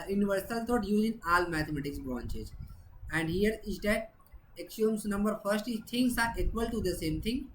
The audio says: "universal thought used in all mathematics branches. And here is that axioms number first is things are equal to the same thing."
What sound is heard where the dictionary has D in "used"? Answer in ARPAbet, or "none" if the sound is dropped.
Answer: none